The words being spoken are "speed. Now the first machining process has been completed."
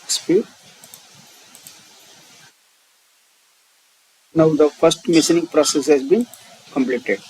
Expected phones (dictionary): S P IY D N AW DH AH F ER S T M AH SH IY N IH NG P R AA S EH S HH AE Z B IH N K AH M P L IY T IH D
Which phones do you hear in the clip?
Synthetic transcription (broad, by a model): S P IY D N AW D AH F ER S T M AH S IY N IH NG P R AA S EH S HH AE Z B IH N K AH M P L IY T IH D